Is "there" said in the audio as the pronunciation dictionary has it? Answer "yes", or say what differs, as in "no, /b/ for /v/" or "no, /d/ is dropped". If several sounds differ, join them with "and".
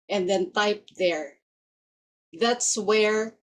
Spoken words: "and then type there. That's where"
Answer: yes